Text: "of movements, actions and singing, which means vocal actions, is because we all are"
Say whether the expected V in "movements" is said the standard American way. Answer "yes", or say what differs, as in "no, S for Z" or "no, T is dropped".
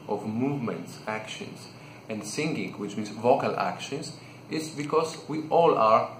yes